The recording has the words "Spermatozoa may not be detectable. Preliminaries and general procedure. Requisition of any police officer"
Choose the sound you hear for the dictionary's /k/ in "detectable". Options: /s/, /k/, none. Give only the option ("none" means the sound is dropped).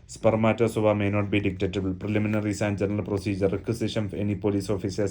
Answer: none